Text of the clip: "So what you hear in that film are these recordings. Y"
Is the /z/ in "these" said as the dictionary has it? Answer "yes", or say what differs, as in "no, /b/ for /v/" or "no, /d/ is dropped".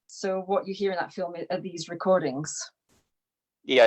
yes